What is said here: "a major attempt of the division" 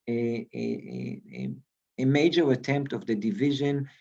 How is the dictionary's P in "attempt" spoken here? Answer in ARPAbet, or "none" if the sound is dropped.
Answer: P